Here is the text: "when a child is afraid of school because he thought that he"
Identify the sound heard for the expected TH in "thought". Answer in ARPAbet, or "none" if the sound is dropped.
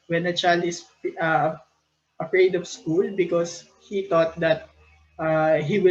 T